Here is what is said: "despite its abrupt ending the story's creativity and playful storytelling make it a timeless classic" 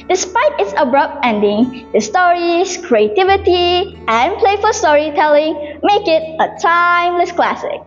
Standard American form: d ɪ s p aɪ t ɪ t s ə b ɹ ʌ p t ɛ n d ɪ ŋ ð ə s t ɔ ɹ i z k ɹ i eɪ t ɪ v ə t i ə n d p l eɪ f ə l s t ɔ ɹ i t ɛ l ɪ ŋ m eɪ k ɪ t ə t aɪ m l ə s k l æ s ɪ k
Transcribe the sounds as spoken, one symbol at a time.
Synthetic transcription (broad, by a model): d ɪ s p aɪ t ɪ t s ə b ɹ ʌ p t ɛ n d ɪ ŋ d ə s t ɔ ɹ i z k ɹ i eɪ t ɪ v ə t i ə n p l eɪ f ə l s t ɔ ɹ i t ɛ l ɪ ŋ m eɪ k ɪ t ə t aɪ m l ə s k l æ s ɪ k